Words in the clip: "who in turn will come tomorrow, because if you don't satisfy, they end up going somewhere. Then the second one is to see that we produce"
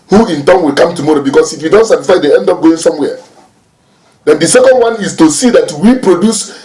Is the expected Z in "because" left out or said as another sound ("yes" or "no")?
yes